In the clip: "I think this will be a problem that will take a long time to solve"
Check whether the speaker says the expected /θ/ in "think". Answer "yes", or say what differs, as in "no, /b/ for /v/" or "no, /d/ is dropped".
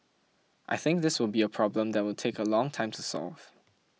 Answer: yes